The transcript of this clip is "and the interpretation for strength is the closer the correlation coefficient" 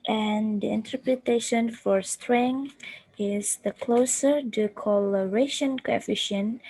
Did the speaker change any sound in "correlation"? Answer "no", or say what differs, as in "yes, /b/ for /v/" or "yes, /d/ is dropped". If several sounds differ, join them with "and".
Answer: yes, /l/ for /ɹ/